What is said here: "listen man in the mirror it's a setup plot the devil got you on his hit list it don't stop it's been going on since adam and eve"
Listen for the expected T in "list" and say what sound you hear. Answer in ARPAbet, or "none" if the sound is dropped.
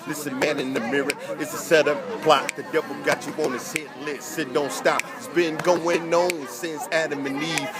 none